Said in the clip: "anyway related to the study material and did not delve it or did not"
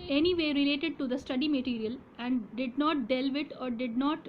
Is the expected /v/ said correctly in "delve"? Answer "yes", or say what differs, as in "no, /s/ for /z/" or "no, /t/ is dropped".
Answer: yes